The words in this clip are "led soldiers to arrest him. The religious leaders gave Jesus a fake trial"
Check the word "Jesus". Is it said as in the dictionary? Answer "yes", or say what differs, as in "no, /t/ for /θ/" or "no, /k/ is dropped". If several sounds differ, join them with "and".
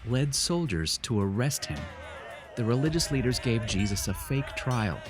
yes